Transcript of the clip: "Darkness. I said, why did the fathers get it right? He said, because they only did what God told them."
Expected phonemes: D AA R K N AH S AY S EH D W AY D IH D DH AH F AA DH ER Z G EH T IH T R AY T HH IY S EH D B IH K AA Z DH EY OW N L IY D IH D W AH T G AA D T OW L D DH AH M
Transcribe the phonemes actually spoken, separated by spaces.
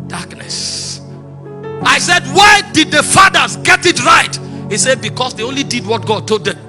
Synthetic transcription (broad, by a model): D AA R K N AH S AY S EH D W AY D IH D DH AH F AA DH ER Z G EH T IH T R AY T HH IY S EH D B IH K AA S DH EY OW N L IY D IH D W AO T G AA D T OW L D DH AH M